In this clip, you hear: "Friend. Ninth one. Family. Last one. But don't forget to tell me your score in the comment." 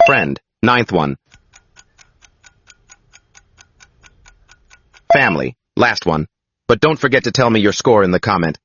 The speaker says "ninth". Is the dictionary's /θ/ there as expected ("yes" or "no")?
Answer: yes